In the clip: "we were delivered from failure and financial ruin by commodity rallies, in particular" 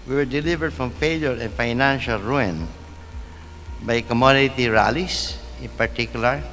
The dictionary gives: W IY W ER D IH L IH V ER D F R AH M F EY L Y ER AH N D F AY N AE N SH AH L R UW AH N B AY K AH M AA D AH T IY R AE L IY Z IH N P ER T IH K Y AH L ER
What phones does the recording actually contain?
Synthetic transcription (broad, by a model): W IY W ER D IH L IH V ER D F R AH M F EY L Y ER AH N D F AY N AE N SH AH L R UW AH N B AY K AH M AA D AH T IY R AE L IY S IH N P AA T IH K Y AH L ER